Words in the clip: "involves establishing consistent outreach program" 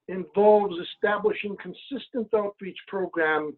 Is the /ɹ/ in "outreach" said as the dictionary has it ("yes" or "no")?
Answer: yes